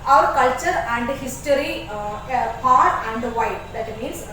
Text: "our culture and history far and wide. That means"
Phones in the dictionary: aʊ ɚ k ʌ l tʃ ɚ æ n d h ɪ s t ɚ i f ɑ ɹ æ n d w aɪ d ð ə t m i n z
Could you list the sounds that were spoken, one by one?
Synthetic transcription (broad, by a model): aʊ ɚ k ʌ l tʃ ɚ æ n d h ɪ s t ɚ i p ɑ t æ n d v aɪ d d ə t m i n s